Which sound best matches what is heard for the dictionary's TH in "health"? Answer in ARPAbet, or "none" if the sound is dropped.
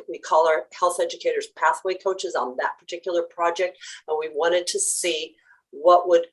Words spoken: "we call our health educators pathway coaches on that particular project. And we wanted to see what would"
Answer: TH